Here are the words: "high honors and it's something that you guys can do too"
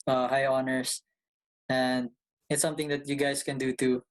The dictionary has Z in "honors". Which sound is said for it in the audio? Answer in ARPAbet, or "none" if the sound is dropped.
S